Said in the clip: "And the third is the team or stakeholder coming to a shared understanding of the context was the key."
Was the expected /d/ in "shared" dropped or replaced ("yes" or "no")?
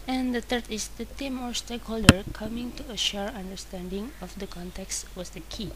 yes